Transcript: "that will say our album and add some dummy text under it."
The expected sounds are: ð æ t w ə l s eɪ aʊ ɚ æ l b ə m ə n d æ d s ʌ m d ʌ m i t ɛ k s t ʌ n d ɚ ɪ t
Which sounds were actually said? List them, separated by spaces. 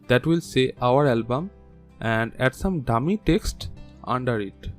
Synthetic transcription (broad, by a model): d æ t w ə l s eɪ aʊ ɚ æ l b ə m ə n d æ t s ʌ m d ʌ m i t ɛ k s t ʌ n d ɚ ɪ t